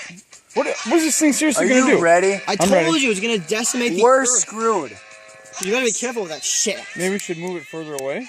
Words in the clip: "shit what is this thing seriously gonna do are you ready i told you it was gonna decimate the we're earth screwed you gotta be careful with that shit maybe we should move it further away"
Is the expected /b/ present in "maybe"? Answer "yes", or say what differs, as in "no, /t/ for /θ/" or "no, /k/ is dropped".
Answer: no, /b/ is dropped